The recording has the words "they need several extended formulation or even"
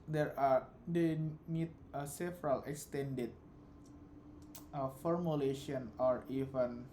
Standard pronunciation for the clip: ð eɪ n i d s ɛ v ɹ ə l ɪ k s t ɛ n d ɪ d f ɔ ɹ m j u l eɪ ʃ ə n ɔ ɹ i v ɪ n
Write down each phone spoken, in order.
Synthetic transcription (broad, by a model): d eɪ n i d s ɛ v ɹ ə l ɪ k s t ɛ n d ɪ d f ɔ ɹ m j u l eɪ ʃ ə n ɔ ɹ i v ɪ n